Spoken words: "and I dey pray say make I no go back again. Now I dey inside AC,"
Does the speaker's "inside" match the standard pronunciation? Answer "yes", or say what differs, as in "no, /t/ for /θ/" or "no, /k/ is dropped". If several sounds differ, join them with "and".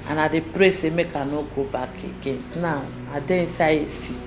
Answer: no, /n/ is dropped and /d/ is dropped